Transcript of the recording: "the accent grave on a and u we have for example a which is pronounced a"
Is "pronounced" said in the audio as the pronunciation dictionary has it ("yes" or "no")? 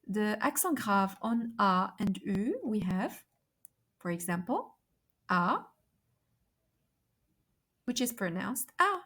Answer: yes